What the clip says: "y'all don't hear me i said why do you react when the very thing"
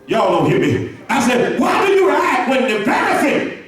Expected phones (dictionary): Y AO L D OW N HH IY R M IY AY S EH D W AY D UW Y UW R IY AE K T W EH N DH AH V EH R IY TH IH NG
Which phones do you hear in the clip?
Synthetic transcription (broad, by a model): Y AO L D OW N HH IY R M IY AY S EH D W AY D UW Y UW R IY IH T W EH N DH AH P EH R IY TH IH